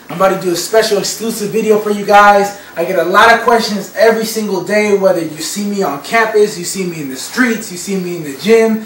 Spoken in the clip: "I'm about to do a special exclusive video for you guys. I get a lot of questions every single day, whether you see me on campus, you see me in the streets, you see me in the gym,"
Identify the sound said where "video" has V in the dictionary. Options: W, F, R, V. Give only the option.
V